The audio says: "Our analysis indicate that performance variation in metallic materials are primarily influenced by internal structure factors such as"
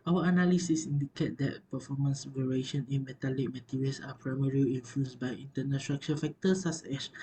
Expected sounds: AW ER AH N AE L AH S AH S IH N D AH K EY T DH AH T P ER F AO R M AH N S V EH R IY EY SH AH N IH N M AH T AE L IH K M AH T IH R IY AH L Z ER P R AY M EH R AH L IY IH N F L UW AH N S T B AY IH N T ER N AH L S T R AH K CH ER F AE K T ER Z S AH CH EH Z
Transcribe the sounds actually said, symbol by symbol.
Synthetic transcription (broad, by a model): AW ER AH N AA L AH S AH S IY N D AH K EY T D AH T P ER F AO M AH N S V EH R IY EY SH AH N IH N M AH T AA L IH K M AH T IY R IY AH L S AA P R AY M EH R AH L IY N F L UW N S B AY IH N T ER N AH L S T R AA K CH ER F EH K T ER S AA S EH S